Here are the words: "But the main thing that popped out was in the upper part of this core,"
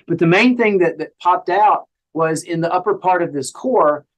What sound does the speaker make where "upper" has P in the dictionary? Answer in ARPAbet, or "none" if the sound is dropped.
P